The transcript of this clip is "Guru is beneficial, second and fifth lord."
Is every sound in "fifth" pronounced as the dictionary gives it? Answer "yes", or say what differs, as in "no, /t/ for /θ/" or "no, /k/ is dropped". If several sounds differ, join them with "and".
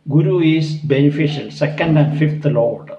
no, /t/ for /θ/